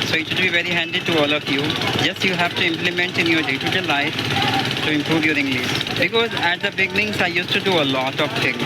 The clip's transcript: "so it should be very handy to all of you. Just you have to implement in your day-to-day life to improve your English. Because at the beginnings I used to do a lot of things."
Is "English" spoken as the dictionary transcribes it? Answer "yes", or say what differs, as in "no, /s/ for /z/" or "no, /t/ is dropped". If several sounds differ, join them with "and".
no, /s/ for /ʃ/